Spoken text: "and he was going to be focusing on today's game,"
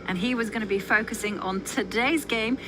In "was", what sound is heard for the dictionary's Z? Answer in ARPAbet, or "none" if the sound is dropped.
Z